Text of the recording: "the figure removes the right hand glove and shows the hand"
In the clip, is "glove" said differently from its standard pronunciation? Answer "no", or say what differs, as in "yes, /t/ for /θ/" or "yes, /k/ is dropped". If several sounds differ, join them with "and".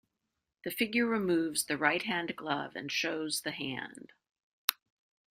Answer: no